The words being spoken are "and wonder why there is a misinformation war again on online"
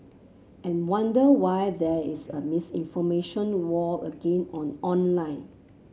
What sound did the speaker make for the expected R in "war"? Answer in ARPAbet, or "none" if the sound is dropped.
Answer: L